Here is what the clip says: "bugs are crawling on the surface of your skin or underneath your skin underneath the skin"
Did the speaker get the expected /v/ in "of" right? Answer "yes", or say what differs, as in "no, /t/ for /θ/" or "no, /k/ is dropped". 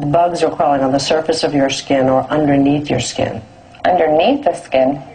yes